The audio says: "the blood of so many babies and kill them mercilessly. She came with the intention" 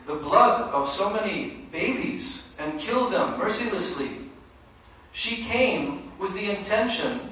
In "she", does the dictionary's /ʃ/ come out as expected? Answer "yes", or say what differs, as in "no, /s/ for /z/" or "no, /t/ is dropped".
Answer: yes